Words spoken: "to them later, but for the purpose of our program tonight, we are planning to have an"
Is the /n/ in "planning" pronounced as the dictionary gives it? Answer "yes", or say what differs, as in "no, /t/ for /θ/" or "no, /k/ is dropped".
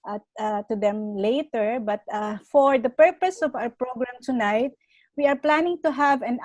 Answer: yes